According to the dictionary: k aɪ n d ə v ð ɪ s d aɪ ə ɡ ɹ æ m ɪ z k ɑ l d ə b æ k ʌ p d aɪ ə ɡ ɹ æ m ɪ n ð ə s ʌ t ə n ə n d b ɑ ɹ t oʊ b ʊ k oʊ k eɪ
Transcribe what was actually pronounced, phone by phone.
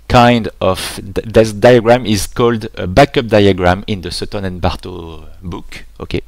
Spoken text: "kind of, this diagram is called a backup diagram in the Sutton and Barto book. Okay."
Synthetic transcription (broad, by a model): k aɪ n d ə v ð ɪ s d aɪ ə ɡ ɹ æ m ɪ z k ɑ l d ə b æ k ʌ p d aɪ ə ɡ ɹ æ m ɪ n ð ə s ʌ t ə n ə n b ɑ ɹ t oʊ b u k oʊ k eɪ